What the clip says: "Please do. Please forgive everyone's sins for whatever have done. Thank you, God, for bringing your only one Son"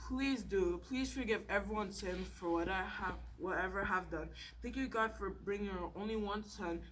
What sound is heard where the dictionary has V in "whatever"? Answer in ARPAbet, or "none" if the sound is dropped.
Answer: V